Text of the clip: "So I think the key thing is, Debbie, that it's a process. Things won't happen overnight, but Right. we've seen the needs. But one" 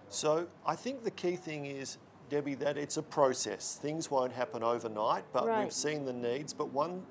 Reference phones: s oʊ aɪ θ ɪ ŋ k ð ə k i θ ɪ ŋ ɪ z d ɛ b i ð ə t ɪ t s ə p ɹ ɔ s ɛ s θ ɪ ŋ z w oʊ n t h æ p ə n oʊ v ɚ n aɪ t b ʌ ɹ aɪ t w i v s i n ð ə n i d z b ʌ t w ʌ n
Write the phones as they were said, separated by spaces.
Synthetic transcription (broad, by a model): s oʊ aɪ θ ɪ ŋ k ð ə k i θ ɪ ŋ ɪ z d ɛ b i ð ə t ɪ t s ə p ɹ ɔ s ɛ s θ ɪ ŋ z w oʊ n t h æ p ə n oʊ v ɚ n aɪ t b ʌ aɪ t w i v s i n ð ə n i d z b ʌ t w ʌ n